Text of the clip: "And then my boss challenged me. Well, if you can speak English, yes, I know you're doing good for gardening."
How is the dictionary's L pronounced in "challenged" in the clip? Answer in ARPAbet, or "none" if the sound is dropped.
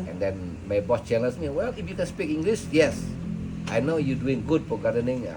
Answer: N